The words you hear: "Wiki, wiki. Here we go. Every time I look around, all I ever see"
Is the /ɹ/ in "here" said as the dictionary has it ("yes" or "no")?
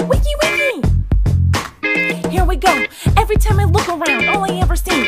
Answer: yes